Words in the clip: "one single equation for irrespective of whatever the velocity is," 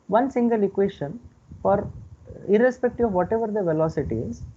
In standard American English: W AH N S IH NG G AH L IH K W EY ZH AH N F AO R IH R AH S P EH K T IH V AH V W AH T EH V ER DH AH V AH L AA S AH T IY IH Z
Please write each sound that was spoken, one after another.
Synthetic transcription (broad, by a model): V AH N S IH NG G AH L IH K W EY SH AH N F AO R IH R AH S P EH K T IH AH V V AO T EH V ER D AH V AH L AA S AH T IY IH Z